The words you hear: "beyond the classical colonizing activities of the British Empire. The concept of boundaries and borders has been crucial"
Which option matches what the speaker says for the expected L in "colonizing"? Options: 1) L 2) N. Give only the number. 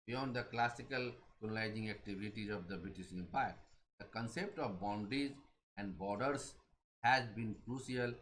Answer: 2